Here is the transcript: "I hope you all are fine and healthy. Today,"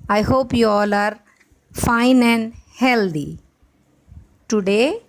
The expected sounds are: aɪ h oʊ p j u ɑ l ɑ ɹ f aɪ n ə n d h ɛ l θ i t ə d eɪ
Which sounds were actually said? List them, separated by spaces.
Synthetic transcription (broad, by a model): aɪ h oʊ p j u ɑ l ɑ ɹ f aɪ n ə n d h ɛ l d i t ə d eɪ